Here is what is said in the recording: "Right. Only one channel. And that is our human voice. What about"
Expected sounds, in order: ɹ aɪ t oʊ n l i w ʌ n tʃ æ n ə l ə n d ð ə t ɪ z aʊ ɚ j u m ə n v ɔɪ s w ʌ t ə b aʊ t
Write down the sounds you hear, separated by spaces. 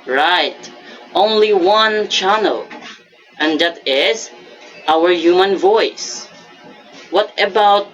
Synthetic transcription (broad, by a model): ɹ aɪ t oʊ n l i w ʌ n tʃ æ n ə l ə n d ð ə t ɪ z aʊ ɚ j u m ə n v ɔɪ s w ʌ t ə b aʊ t